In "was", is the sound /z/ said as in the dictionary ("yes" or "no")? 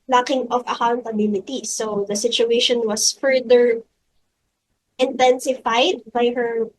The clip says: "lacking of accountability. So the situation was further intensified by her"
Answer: no